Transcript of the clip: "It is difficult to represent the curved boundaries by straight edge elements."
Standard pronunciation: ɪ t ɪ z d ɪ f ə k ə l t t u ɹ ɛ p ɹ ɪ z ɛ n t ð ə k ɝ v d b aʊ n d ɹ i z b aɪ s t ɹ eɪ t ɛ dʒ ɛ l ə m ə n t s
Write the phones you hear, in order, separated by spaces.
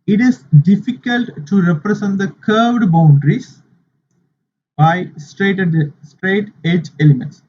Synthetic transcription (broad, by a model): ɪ t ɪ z d ɪ f ə k ə l t t u ɹ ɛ p ɹ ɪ s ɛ n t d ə k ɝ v d b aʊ n d ɹ i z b aɪ s t ɹ eɪ t ɛ dʒ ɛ l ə m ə n t s